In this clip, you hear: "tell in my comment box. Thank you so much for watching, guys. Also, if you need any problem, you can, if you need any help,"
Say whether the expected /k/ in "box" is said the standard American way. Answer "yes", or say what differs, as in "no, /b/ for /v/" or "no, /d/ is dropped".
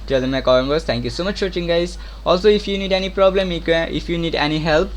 no, /k/ is dropped